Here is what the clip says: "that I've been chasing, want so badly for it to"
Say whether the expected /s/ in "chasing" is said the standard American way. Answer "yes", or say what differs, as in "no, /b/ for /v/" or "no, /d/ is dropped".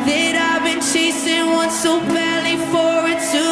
yes